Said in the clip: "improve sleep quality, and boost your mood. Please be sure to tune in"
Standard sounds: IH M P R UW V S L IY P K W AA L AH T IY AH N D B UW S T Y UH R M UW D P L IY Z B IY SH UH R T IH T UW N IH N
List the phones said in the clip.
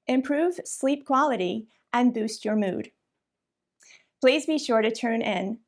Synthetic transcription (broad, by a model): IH M P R UW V S L IY P K W AA L AH T IY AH N B UW S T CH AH R M UW D P L IY Z B IY SH UH R T IH T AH N IH N